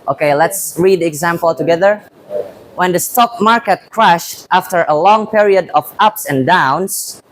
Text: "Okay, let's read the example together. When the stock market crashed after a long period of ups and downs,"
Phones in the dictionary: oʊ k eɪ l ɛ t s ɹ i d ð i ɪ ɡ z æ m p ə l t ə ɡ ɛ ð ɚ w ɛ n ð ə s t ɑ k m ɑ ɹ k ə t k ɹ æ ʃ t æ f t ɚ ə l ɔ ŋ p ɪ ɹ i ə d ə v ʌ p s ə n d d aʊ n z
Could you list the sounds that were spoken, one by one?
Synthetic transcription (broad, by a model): oʊ k eɪ l ɛ t s ɹ i d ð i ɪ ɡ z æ m p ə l t ə ɡ ɛ ð ɚ w ɛ n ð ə s t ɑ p m ɑ ɹ k ə t k ɹ æ ʃ t æ f t ɚ ə l ɔ ŋ p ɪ ɹ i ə d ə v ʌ p s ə n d d aʊ n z